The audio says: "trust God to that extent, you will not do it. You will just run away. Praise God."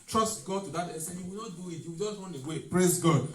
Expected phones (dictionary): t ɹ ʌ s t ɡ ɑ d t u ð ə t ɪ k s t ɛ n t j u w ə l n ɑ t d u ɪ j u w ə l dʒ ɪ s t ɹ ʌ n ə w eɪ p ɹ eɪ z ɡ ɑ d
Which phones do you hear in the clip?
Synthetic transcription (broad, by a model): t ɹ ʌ s t ɡ ɑ d t u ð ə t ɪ s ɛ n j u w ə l n ɑ t d u ɪ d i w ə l dʒ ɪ s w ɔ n ə w eɪ p ɹ eɪ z ɡ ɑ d